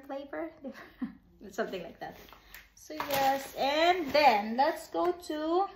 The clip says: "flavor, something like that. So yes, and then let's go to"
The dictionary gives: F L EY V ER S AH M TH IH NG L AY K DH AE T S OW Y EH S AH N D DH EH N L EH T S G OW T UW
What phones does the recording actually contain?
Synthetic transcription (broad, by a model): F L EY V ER S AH M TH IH NG L AY K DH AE T S OW Y EH S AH N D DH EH N L EH T S G OW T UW